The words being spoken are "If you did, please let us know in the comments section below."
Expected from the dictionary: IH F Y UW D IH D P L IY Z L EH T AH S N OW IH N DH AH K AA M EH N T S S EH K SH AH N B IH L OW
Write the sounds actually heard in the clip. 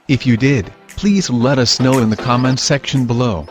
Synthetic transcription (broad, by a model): IH F Y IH D IH D P L IY Z L EH T AH S N OW IH N DH AH K AA M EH N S S EH K SH AH N B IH L OW